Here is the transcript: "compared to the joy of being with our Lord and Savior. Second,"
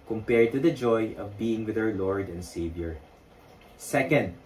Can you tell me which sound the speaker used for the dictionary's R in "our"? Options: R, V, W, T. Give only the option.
W